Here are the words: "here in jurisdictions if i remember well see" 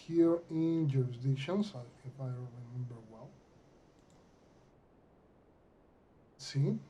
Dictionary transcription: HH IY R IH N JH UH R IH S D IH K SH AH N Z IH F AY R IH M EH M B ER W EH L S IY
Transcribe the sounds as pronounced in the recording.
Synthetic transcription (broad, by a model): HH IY R IH N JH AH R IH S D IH SH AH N S IH F AY R IH M EH M B ER W EH L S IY